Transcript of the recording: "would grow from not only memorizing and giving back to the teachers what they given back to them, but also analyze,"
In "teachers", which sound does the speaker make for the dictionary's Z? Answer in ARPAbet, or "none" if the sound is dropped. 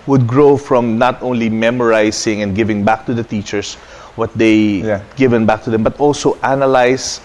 S